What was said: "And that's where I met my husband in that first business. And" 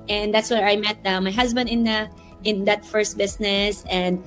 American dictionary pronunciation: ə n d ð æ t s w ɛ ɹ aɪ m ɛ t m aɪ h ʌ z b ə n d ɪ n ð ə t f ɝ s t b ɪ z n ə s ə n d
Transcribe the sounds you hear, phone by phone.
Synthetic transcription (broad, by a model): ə n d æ t s w ɛ ɹ aɪ m ɛ t m aɪ h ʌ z b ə n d ɪ n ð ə t f ɝ s t b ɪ s n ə s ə n d